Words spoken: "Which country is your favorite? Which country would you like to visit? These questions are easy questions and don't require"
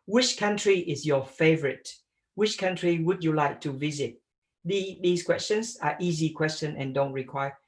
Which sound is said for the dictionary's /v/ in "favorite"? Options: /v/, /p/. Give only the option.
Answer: /v/